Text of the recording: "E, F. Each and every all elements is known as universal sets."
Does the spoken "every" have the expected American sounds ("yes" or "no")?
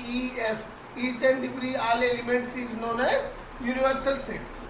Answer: no